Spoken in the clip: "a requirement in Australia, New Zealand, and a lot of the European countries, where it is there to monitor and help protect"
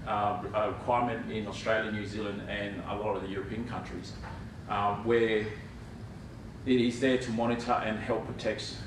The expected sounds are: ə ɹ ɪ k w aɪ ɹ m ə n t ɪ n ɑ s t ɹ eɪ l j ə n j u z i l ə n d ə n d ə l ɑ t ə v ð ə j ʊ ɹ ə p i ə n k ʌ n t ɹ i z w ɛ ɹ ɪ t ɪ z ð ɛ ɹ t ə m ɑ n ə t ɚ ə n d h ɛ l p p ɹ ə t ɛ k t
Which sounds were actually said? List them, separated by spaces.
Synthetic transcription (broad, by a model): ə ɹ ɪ k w aɪ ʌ m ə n t ɪ n ɑ s t ɹ eɪ l j ə n j u z i l ə n d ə n ə l ɑ t ə v ð ə j ʊ ɹ ə p i ə n k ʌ n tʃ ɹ i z w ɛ ɹ ɪ t ɪ z ð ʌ ɹ t ə m ɑ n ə t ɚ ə n h ɛ l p p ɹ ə t ɛ k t